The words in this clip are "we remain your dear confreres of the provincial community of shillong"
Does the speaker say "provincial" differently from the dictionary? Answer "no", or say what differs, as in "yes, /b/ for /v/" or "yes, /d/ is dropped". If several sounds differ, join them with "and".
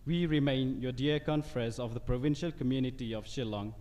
no